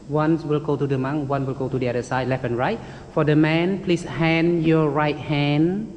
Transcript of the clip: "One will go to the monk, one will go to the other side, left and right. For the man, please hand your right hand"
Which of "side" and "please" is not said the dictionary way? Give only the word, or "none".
please